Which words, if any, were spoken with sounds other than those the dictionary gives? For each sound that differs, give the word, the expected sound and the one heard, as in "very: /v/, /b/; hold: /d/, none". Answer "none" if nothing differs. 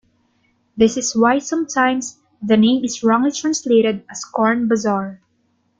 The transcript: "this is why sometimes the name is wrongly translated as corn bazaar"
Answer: is: /z/, /s/; sometimes: /z/, /s/; as: /z/, /s/